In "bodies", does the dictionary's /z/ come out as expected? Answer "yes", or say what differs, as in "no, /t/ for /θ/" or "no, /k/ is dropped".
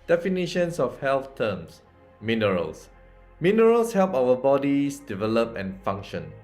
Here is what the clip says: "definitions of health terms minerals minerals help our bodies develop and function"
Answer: no, /s/ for /z/